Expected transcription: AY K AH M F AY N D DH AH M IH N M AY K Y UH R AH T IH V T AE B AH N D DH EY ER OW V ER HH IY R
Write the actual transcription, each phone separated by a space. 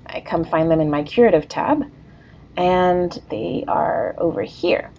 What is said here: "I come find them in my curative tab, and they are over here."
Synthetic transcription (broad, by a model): AY K AH M F AY N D DH AH M IH N M AY K Y UH R AH T IH V T AE B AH N DH EY ER OW V ER HH IY R